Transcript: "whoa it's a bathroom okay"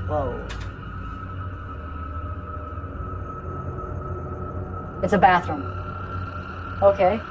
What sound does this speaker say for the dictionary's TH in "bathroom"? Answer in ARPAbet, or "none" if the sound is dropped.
TH